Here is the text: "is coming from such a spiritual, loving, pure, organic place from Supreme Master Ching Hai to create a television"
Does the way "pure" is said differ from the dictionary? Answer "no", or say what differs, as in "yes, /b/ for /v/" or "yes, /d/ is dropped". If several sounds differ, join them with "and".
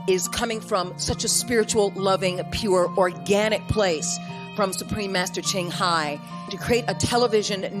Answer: no